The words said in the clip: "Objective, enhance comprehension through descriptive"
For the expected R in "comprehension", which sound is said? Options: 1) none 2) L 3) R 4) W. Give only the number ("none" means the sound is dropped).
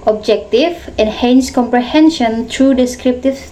3